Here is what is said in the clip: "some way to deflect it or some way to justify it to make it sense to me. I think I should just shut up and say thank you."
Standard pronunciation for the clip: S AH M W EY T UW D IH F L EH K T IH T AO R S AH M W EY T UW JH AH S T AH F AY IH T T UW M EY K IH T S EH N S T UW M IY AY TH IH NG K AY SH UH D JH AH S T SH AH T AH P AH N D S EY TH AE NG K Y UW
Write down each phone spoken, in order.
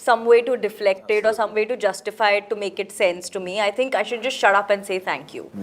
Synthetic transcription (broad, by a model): S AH M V EY T UW D IH F L EH K T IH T AO R S AH M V EY T UW JH AH S T AH F AY IH T T UW M EY K IH T S EH N S T UW M IY AY T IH NG K AY SH UH D JH AH S T SH AH T AH P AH N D S EY T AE NG K Y UW